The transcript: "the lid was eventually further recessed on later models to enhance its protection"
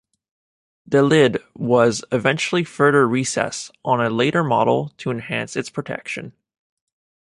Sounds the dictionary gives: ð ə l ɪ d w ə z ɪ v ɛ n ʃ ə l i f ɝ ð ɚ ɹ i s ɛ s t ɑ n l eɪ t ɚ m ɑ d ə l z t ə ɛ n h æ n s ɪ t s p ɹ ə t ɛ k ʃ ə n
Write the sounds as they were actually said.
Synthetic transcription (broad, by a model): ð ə l ɪ d w ə z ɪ v ɛ n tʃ l i f ɝ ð ɚ ɹ i s ɛ s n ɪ l eɪ t ɚ m ɑ d l t ə ɛ n h æ n s ɪ t s p ɹ ə t ɛ k ʃ ə n